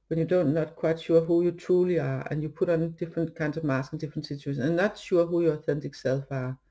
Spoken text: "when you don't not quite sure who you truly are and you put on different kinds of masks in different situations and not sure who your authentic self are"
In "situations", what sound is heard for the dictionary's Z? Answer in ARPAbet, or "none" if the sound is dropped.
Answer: none